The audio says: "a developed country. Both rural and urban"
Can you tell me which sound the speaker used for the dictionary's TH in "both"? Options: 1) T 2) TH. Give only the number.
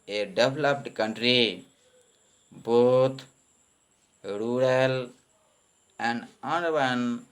1